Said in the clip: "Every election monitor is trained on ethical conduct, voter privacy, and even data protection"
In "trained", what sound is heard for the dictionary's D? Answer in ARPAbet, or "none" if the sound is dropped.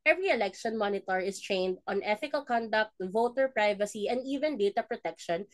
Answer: D